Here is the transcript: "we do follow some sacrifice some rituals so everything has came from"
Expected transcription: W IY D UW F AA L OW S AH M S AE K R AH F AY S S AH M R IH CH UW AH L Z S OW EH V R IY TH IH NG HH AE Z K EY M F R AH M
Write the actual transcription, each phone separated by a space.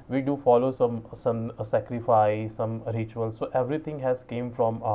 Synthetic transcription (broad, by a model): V IY D UW F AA L OW S AH M S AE K R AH F AY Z S AH M R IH CH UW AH L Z S OW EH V R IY T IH NG HH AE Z K EY M F R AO M